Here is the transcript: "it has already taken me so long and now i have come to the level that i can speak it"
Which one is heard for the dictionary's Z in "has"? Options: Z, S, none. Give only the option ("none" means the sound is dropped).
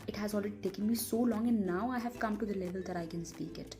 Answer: Z